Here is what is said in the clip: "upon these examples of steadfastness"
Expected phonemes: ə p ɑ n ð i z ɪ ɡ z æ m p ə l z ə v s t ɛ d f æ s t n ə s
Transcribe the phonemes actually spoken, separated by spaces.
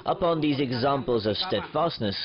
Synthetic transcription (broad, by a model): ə p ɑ n ð i z ɪ ɡ z æ m p ə l z ə v s t ɛ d f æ s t n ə s